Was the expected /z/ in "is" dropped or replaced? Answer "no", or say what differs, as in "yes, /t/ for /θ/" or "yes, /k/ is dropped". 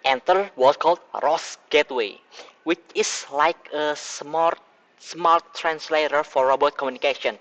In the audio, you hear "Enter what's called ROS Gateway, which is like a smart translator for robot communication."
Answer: yes, /s/ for /z/